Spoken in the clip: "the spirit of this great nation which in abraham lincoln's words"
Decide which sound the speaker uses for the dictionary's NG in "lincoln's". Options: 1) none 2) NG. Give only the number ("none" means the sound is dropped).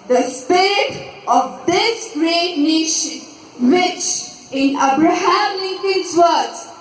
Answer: 1